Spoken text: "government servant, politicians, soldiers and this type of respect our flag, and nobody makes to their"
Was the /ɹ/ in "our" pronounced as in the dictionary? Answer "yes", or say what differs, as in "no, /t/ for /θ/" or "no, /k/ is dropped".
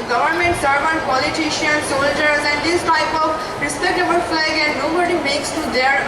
no, /l/ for /ɹ/